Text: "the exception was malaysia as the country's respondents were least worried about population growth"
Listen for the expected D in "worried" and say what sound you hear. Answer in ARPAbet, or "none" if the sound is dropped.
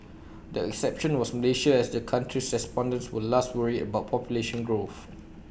none